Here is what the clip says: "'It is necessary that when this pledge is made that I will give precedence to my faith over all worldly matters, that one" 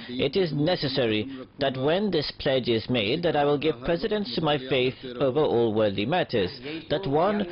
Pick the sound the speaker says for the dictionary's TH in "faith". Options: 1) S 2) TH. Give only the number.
2